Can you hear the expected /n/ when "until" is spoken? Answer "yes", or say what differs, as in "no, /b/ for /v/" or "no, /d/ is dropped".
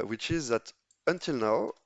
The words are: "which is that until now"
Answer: yes